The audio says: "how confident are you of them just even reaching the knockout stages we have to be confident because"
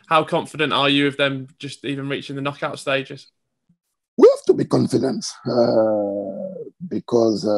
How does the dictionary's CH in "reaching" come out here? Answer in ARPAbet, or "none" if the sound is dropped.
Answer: CH